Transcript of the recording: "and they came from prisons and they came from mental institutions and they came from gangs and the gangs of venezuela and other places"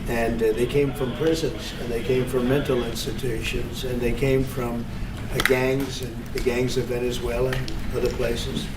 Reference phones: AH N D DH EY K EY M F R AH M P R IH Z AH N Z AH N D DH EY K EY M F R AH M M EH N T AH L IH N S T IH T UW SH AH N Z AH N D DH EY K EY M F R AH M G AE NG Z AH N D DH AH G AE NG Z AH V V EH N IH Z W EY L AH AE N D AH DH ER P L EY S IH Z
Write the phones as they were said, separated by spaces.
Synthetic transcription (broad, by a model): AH N DH EY K EY M F R AH M P R IH Z AH N Z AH N DH EY K EY M F R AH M M EH N T L IH N S T IH T UW SH AH N Z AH N DH EY K EY M F R AH M G AE NG Z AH N DH AH G AE NG Z AH V V EH N IH Z W EY L AH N AH DH ER P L EY S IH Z